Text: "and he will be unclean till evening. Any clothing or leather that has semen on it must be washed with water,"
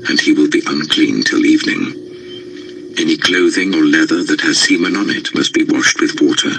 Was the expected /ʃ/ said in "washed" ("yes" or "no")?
yes